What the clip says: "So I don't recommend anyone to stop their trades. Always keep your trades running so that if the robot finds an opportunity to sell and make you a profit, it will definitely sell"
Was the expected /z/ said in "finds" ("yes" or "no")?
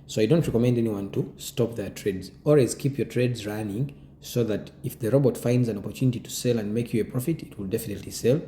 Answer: yes